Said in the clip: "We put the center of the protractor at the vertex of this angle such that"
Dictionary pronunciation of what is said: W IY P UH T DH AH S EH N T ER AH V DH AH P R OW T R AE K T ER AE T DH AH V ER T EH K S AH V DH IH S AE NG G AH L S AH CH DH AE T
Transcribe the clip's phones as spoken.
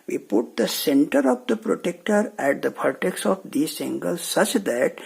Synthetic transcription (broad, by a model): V IY P UH T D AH S EH N T ER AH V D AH P R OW T EH K T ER AE T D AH P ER T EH K S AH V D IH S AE NG G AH L S AH CH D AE T